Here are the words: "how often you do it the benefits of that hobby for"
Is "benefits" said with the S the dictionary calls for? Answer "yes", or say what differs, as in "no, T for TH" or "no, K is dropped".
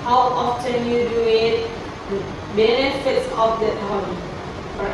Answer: yes